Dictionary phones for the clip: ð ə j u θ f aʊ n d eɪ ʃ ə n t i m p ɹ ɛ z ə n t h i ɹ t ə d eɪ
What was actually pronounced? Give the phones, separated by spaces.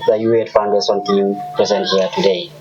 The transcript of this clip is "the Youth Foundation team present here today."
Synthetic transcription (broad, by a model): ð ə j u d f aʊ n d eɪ s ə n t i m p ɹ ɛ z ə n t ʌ t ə d eɪ